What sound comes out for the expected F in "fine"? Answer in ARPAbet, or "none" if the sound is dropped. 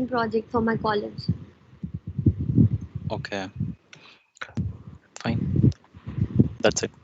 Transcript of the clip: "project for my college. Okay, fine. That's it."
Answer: F